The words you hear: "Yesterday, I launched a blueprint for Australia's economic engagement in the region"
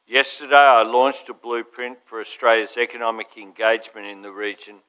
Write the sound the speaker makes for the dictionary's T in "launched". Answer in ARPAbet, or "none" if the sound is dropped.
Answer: T